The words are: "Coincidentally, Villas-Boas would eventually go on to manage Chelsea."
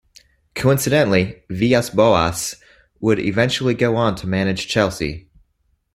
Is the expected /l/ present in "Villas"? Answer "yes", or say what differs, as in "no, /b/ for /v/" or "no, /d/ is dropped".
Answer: no, /l/ is dropped